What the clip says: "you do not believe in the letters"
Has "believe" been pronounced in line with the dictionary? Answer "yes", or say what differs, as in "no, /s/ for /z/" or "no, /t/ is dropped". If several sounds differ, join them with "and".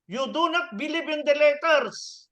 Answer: no, /b/ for /v/